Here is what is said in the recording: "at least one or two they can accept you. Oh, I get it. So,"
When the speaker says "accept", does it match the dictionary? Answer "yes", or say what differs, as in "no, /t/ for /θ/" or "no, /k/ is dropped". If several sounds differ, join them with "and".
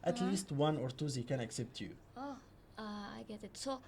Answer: yes